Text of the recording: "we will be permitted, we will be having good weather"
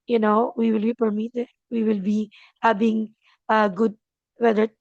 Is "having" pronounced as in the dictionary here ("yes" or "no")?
no